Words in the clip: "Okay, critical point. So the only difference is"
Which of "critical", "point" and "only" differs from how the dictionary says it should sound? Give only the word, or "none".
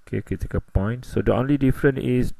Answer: critical